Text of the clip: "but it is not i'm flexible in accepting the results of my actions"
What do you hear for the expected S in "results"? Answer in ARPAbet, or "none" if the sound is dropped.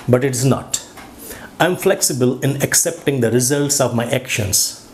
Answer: S